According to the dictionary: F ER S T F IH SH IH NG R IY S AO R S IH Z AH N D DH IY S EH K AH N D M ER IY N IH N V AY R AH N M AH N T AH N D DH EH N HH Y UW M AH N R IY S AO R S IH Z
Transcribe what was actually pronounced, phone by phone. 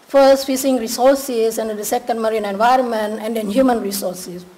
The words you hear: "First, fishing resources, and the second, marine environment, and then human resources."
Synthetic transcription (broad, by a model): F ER S T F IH S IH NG R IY S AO R S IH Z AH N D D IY S EH K AH N D M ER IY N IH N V AY R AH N M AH N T AH N D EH N HH Y UW M AH N R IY S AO R S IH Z